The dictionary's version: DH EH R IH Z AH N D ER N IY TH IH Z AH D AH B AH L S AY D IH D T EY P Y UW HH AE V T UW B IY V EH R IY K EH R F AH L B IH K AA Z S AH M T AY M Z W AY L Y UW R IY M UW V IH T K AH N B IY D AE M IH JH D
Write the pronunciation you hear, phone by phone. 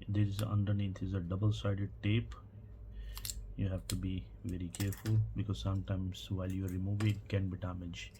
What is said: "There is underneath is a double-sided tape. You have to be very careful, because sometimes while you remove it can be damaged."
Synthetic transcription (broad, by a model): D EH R IH Z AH N D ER N IY T IH Z AH D AH B AH L S AY D IH D T EY P Y UW HH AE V T UW B IY V EH R IY K EH R F AH L B IH K AA Z S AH M T AY M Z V AY L Y UW R IY M UW V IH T K AH N B IY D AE M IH JH